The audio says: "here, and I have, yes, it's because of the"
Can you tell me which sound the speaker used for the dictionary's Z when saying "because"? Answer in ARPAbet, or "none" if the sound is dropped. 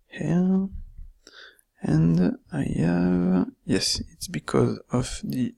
Z